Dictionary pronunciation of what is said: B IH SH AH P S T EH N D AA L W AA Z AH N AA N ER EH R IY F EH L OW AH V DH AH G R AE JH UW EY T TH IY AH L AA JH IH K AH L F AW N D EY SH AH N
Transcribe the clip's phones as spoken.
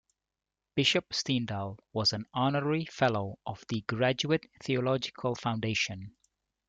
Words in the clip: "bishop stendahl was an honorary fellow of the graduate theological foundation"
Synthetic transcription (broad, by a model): B IH SH AH P S T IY N D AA L W AA Z AH N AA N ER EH R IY F EH L OW AH V DH AH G R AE JH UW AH T TH IY AH L AA JH IH K AH L F AW N D EY SH AH N